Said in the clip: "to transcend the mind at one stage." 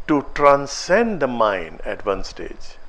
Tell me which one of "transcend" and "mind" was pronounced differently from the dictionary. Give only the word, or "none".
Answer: mind